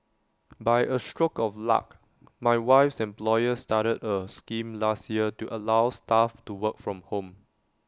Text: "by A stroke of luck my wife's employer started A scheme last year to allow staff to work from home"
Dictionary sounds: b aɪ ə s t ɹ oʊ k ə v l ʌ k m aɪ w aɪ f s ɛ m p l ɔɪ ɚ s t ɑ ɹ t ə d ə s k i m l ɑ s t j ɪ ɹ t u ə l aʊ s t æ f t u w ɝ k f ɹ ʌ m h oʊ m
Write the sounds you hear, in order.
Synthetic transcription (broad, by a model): b aɪ ə s t ɹ oʊ k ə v l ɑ k m aɪ w aɪ f s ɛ m p l ɔɪ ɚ s t ɑ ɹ t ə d ə s k i m l ɑ s t j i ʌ t u ə l aʊ s t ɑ f t u w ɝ k f ɹ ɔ m h oʊ m